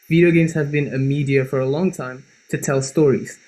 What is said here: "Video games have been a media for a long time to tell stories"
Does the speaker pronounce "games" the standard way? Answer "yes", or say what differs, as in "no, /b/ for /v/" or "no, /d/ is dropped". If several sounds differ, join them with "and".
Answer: yes